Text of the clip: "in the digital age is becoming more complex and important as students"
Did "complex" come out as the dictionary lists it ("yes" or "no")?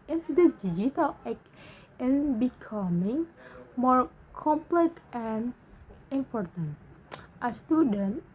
no